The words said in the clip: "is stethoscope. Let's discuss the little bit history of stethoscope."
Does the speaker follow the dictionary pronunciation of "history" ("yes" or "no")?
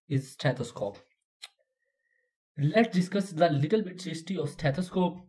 no